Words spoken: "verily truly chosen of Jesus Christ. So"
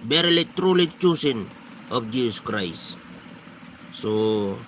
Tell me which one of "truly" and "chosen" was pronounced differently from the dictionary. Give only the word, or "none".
chosen